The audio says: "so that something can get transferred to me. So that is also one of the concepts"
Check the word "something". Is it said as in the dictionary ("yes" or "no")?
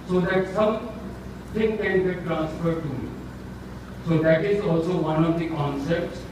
no